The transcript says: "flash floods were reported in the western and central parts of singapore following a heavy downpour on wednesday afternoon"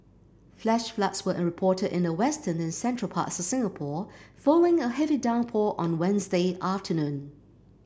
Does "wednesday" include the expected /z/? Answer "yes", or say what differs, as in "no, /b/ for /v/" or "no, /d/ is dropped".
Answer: yes